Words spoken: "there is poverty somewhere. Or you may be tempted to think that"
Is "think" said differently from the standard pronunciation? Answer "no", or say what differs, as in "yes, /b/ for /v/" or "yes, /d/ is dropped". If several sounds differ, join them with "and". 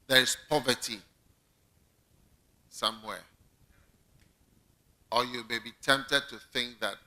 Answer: no